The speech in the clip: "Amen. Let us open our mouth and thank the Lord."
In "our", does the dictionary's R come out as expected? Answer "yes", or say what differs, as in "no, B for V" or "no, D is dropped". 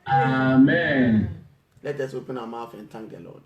no, W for R